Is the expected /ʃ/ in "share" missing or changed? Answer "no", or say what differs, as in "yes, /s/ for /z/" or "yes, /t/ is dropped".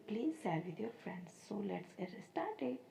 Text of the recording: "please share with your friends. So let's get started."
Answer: yes, /s/ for /ʃ/